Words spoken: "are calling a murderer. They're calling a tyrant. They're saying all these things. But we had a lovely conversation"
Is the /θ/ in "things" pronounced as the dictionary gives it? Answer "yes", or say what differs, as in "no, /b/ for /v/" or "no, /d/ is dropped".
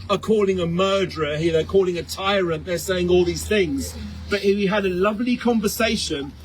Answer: yes